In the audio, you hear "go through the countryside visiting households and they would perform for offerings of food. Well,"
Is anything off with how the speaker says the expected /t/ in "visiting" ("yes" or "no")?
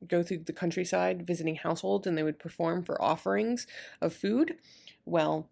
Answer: no